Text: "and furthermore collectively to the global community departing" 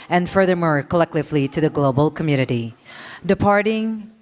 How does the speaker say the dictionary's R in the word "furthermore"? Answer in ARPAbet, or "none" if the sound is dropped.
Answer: R